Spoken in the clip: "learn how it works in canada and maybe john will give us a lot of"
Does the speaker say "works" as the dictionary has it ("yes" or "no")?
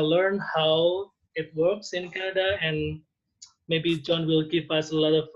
yes